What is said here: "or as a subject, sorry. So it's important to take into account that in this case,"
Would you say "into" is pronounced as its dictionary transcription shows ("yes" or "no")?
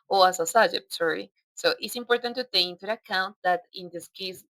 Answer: no